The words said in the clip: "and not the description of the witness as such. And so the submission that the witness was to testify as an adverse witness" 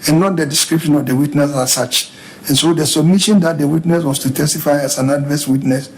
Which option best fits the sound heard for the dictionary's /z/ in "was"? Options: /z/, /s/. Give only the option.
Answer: /s/